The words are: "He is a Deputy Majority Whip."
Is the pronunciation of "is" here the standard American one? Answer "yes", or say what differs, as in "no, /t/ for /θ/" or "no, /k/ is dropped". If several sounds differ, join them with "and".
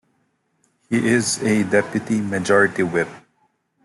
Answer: yes